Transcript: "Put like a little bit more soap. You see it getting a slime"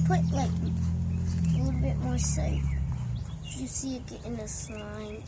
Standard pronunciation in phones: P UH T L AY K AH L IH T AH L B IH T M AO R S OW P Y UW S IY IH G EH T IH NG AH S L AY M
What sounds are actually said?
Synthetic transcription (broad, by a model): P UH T L AY K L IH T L B IH T M AO R S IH F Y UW S IY IH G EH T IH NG AH S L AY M